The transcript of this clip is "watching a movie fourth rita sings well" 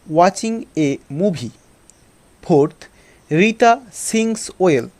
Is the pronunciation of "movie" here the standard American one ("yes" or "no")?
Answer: no